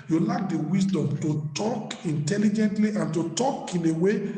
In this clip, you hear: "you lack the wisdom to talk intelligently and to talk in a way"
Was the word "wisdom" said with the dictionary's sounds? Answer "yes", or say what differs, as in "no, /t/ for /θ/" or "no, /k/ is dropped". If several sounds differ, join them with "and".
no, /s/ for /z/